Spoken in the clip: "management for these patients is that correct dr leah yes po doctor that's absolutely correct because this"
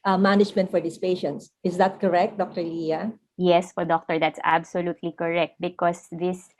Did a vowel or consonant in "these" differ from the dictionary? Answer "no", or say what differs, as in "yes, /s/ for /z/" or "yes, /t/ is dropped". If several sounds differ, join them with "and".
yes, /s/ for /z/